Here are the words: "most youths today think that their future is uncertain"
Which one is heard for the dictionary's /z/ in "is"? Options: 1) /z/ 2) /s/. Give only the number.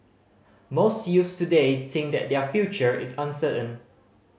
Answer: 2